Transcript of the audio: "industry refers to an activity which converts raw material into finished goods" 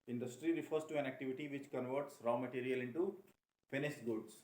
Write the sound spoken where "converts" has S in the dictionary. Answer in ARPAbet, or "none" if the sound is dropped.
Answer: S